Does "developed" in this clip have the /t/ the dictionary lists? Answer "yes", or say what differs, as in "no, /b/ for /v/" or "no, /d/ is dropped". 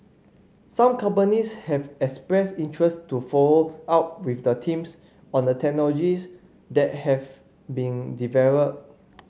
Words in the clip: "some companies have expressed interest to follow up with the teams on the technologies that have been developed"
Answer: no, /t/ is dropped